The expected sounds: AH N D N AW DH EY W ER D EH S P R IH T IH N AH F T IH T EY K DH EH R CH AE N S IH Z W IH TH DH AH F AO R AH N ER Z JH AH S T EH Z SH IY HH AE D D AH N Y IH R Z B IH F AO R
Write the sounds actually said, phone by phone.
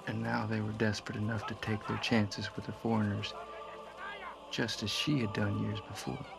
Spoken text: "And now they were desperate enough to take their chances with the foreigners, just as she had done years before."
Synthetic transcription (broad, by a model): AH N N AW DH EY W ER D EH S P R IH T IH N AH F T IH T EY K DH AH R CH AE N S IH Z W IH DH AH F AO R AH N ER Z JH AH S T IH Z SH IY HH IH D D AH N Y IH R Z B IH F AO R